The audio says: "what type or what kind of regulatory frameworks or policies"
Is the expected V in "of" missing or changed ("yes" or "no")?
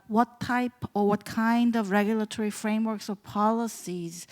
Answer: no